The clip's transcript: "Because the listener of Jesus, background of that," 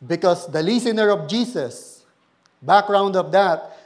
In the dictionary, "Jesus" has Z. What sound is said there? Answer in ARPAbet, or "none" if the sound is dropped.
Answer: S